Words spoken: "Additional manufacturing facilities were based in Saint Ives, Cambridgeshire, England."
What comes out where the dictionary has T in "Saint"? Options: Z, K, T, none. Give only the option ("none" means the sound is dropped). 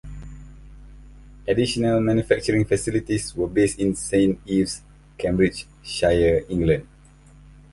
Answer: none